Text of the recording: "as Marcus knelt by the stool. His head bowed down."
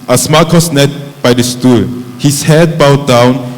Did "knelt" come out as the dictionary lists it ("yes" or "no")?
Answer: no